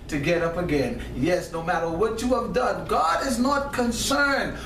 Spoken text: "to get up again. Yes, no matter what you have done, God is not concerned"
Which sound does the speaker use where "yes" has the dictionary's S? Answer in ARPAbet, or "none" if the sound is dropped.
S